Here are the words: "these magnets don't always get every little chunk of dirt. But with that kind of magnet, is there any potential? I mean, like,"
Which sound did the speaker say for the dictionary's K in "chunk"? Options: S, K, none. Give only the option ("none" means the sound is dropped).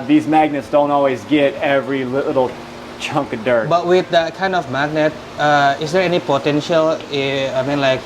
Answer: K